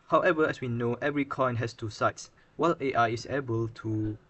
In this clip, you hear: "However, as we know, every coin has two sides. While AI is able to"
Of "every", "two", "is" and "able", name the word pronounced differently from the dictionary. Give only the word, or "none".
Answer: is